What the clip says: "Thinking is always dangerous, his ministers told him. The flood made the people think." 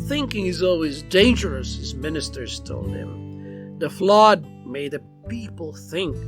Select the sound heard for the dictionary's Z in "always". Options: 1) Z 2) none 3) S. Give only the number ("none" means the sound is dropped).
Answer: 1